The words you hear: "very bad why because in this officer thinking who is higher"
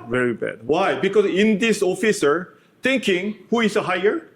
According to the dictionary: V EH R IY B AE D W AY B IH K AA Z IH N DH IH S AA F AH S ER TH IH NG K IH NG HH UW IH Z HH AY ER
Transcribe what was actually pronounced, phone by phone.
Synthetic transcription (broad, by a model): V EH R IY B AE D W AY B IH K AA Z IH N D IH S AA F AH S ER T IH NG K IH NG HH UW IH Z HH AY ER